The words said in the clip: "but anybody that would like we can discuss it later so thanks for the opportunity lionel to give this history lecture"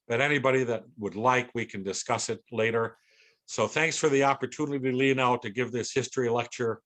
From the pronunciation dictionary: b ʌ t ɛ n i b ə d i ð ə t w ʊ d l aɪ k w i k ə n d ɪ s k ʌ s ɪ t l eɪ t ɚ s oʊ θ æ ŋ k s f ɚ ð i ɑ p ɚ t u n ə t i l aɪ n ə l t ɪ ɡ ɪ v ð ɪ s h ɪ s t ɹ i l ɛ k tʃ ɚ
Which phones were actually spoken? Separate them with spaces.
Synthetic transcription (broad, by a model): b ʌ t ɛ n i b ə d i ð ə t w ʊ d l aɪ k w i k ə n d ɪ s k ʌ s ɪ t l eɪ t ɚ s oʊ θ æ ŋ k s f ɚ ð i ɑ p ɚ t u n ə t i l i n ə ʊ t ɪ ɡ ɪ v ð ɪ s h ɪ s t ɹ i l ɛ k tʃ ɚ